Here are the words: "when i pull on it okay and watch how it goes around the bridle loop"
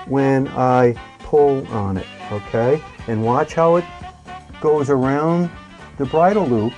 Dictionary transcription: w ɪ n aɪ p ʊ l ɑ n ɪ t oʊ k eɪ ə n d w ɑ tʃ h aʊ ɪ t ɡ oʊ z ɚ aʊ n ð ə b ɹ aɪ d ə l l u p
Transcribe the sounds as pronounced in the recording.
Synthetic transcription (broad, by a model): w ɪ n aɪ p ʊ l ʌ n ɪ t oʊ k eɪ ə n w ɑ tʃ h aʊ ɪ t ɡ oʊ z ɚ aʊ n ð ə b ɹ aɪ d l l u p